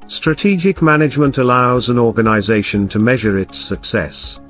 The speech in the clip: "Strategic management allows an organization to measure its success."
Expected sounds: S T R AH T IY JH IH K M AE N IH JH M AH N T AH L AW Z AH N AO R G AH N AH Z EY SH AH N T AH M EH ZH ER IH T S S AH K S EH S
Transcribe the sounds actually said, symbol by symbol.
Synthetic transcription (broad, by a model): S T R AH T IY JH IH K M AE N IH JH M AH N T AH L AW Z AH N AO R G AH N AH Z EY SH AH N T AH M EH ZH ER IH T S S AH K S EH S